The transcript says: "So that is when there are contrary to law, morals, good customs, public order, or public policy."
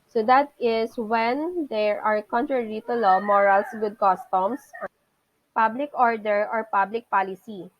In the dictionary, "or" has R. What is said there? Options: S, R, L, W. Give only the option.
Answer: R